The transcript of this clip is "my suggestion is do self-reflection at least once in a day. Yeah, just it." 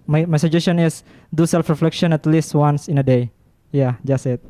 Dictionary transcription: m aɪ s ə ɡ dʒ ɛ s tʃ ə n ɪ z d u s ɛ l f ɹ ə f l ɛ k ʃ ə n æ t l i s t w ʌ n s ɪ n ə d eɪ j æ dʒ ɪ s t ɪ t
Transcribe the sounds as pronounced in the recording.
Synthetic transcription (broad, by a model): m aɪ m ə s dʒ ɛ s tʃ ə n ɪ s d u s ɛ l f ɹ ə f l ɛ k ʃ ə n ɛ t l i s t w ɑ n s ɪ n ə d eɪ j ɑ dʒ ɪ s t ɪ t